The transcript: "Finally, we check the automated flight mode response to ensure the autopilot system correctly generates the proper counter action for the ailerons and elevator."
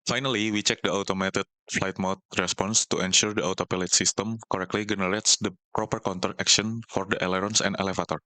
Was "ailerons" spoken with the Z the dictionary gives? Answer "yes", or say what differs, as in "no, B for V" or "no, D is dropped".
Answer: no, S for Z